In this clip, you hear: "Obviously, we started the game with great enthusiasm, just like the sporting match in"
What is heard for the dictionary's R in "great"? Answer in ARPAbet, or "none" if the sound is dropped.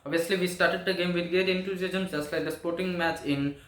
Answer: none